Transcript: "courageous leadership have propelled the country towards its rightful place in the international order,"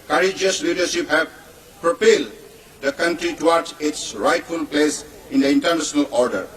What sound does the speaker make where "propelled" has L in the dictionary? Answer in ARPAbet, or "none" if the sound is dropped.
L